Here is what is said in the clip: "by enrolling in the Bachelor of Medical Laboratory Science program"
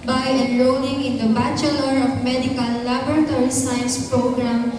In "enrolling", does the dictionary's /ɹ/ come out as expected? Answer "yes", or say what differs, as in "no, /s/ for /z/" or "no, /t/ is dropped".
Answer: no, /l/ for /ɹ/